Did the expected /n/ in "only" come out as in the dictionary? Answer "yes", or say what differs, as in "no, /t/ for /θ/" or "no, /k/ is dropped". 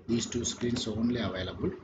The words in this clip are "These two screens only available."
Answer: yes